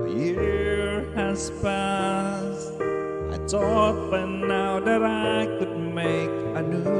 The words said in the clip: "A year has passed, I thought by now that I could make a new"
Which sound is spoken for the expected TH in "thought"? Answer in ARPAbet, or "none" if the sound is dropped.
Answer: T